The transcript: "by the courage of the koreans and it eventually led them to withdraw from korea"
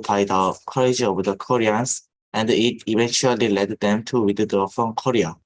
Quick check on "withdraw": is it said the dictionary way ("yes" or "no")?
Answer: no